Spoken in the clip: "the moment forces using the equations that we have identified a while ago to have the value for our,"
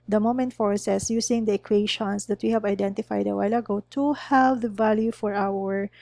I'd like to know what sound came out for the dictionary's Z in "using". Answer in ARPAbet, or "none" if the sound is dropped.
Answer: S